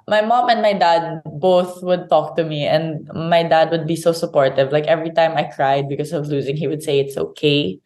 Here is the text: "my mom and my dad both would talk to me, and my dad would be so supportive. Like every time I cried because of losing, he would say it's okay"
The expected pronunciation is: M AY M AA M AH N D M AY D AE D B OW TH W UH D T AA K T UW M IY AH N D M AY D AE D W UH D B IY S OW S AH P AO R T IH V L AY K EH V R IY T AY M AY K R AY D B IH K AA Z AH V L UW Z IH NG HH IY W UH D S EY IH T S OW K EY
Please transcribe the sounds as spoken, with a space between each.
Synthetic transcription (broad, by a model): M AY M AA M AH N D M AY D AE D B OW TH W UH D T AA K T UW M IY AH N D M AY D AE D W UH D B IY S OW S AH P AO R T IH V L AY K EH V R IY T AY M AY K R AY D B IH K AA S AH V L UW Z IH NG HH IY W UH D S EY IH T S OW K EY